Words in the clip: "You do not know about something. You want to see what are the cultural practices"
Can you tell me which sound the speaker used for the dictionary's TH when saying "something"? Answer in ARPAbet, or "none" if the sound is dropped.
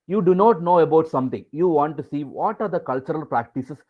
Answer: T